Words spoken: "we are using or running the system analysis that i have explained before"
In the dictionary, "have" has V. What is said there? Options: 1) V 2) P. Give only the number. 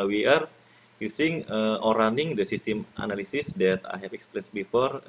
2